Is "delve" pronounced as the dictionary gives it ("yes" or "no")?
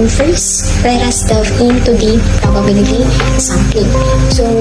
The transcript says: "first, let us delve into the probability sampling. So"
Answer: no